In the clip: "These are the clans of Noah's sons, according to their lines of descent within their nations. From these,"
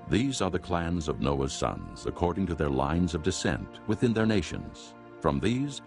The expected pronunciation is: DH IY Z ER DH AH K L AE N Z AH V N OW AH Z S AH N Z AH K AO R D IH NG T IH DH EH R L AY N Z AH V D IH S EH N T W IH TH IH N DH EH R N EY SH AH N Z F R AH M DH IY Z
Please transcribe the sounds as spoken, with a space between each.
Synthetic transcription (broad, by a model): DH IY Z ER DH AH K L AE N Z AH V N OW AH Z S AH N Z AH K AO R D IH NG T IH DH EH R L AY N Z AH V D IH S EH N T W IH TH IH N DH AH R N EY SH AH N Z F R AH M DH IY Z